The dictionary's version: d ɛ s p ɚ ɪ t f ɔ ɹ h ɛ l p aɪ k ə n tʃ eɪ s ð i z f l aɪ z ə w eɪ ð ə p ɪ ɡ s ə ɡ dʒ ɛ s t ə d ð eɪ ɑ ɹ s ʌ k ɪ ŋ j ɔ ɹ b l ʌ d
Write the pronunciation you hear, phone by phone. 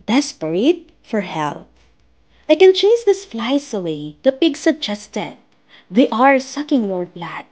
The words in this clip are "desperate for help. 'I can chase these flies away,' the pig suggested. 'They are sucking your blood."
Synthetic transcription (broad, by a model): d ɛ s p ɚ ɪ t f ɔ ɹ h ɛ l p aɪ k ə n tʃ eɪ s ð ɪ s f l aɪ s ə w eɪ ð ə p ɪ ɡ s ə ɡ dʒ ɛ s t ə d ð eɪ ɑ ɹ s ʌ k ɪ ŋ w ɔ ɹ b l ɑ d